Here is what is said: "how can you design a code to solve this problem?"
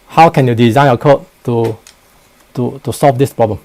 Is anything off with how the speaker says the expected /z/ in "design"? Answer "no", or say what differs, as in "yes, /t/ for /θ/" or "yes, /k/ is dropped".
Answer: no